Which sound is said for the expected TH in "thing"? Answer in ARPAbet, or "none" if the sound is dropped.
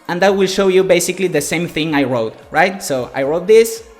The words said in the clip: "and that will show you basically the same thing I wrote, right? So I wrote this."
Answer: TH